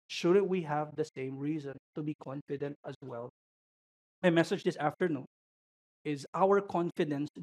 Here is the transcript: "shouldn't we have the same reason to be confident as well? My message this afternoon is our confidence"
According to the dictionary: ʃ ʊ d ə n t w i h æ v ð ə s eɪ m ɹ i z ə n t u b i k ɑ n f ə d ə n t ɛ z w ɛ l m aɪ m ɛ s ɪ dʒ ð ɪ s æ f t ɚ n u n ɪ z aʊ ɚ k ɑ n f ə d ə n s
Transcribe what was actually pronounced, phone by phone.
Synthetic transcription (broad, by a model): ʃ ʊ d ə n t w i h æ v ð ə s eɪ m ɹ i z ə n t u b i k ɑ n f ə d ə n t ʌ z w ɛ l m aɪ m ɛ s ɪ dʒ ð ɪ s æ f t ɚ n u n ɪ z aʊ ɚ k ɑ n f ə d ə n s